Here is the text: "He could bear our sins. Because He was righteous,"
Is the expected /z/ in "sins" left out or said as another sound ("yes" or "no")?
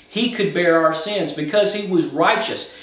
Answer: no